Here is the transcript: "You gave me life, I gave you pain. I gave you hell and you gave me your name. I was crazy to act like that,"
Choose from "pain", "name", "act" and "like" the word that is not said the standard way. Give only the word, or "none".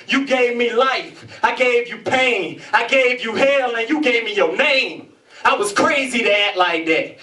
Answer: act